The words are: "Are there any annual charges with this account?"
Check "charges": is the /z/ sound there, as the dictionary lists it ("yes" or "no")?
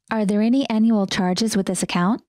yes